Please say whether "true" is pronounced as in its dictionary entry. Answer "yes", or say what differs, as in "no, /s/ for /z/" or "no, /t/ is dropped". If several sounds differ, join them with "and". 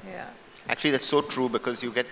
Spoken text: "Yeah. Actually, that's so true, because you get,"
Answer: yes